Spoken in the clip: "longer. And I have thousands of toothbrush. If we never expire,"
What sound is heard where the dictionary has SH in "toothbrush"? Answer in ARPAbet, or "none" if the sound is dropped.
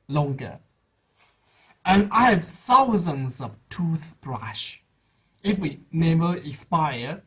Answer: SH